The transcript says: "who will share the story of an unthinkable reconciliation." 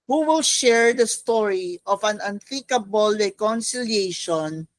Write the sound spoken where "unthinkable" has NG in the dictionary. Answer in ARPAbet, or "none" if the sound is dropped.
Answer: none